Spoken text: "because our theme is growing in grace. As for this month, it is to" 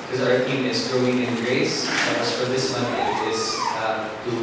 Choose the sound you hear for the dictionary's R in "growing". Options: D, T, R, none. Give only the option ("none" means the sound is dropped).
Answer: R